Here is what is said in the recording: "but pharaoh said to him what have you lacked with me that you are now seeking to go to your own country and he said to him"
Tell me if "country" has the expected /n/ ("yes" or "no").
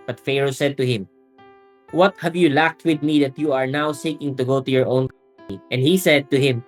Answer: no